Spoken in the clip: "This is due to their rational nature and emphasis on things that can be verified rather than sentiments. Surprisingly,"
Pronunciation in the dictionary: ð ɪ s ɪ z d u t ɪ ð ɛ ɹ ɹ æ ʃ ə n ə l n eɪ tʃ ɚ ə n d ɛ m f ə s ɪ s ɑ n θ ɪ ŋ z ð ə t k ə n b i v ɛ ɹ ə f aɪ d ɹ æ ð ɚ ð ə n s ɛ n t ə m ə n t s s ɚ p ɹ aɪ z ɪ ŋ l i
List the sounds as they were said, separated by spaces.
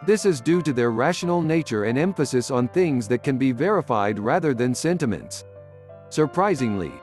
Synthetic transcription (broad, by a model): ð ɪ s ɪ z d u t ɪ ð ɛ ɹ ɹ æ ʃ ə n l n eɪ tʃ ɚ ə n ɛ m f ə s ɪ s n θ ɪ ŋ z ð ə t k ə n b i v ɛ ɹ ə f aɪ d ɹ æ ð ɚ ð ə n s ɛ n t ə m ə n t s s ɚ p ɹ aɪ z ɪ ŋ l i